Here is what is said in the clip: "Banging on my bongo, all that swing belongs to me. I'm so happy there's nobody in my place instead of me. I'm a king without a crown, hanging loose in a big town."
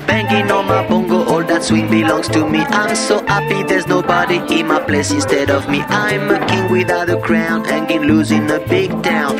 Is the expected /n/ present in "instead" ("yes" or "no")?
yes